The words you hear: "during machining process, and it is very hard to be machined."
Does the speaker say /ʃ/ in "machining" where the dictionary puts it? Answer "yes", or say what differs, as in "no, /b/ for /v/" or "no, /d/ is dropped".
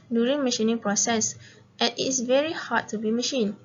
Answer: yes